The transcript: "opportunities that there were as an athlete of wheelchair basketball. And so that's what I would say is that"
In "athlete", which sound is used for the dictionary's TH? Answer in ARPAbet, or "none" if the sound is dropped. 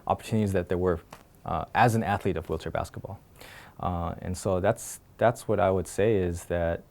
TH